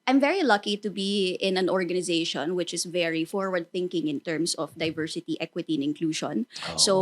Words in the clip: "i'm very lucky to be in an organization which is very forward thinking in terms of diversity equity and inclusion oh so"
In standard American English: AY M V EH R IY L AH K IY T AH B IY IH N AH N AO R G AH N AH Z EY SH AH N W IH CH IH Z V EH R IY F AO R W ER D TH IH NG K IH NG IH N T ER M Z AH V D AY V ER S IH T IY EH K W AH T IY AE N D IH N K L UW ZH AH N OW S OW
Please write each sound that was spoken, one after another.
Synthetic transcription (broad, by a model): AY M V EH R IY L AH K IY T AH B IY IH N AH N AO R G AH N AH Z EY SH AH N W IH CH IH S V EH R IY F AO R W ER D TH IH NG K IH NG IH N T ER M S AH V D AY V ER S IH T IY EH K W AH T IY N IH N K L UW SH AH N S OW